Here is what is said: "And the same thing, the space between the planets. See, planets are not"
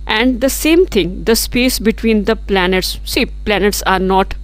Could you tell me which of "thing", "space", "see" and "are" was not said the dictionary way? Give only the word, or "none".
thing